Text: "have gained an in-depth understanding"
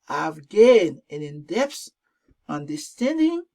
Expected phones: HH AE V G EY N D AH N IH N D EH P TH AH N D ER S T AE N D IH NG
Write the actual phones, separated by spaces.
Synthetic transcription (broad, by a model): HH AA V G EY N AH N IH N D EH P S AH N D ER S T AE N D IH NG